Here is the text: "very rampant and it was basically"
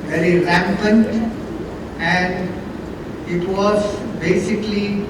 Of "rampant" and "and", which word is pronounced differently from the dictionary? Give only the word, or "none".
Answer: none